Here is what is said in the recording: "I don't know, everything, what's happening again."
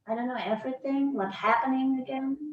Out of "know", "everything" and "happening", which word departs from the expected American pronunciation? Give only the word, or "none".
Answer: none